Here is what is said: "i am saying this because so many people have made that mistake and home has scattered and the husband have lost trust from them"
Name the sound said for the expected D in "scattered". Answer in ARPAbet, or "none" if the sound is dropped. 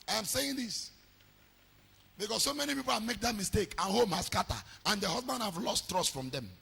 none